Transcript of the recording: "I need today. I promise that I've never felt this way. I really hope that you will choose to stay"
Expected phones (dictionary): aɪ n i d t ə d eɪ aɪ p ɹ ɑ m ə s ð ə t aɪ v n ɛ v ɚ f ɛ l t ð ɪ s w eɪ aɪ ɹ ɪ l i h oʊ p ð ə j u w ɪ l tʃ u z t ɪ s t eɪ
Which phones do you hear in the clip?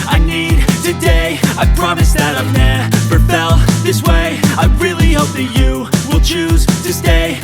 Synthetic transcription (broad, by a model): aɪ n i d t ə d eɪ aɪ p ɹ ɑ m ə s ð ə t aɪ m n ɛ p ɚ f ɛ l ð ɪ s w eɪ aɪ ɹ ɪ l i h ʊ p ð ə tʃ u w ɪ l tʃ u z t ɪ s t eɪ